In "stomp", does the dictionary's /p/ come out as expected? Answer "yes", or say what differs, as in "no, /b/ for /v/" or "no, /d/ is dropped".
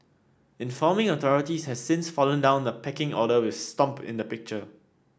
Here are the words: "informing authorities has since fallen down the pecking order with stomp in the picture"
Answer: yes